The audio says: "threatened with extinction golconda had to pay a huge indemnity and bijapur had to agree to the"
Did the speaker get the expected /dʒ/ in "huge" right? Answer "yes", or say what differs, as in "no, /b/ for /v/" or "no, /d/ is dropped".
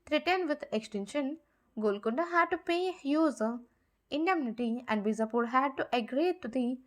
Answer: no, /z/ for /dʒ/